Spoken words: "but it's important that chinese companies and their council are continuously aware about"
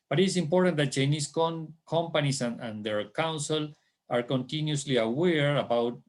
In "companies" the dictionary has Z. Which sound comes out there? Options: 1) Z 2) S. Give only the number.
2